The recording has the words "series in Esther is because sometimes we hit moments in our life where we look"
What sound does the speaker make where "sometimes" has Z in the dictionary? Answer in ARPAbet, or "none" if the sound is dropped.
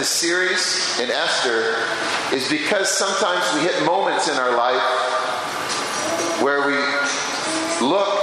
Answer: Z